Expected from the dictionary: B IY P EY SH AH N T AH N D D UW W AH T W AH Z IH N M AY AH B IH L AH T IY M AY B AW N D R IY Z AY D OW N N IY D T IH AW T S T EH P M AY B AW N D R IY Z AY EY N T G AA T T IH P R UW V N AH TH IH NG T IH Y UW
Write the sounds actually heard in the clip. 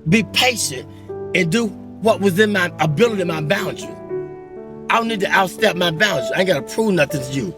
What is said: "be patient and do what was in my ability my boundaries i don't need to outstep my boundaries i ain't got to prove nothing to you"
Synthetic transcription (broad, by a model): B IY P EY SH AH N T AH N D D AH W AH T W AH Z IH N M AY AH B IH L AH T IY M AY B AW N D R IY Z AY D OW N N IY D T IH AW T S T EH P M AY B AW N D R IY AY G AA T T IH P R UW V N AH TH IH NG T IH Y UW